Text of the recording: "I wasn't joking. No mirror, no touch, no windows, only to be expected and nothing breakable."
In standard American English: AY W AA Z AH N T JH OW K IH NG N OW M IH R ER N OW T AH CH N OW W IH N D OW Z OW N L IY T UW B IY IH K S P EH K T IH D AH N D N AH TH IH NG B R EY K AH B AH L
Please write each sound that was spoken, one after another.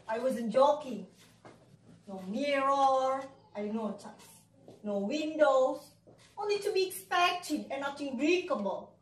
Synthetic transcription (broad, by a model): AY W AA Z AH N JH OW K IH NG N OW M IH R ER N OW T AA S N OW W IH N D OW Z OW N L IY T UW B IY IH K S P EH K T IH D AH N N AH T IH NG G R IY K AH B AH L